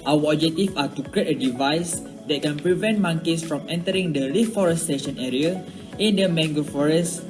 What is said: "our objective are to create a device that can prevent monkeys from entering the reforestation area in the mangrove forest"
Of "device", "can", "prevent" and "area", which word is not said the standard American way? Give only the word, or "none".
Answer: none